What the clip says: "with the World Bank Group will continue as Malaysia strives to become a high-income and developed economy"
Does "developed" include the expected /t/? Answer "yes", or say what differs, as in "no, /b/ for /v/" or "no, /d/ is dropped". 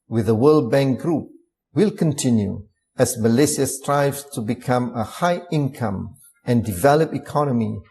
no, /t/ is dropped